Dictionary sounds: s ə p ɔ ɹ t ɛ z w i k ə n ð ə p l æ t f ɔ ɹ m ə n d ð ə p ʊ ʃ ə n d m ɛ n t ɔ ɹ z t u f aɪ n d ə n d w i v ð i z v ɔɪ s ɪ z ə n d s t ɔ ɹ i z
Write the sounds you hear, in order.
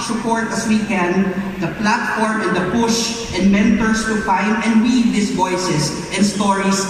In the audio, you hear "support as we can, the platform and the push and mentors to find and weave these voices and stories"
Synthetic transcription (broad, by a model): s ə p ɔ ɹ t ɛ s w i k ə n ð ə p l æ t f ɔ ɹ m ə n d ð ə p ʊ ʃ ə n d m ɛ n t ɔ ɹ s t u f aɪ n d ə n d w i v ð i s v ɔɪ s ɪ s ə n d s t ɔ ɹ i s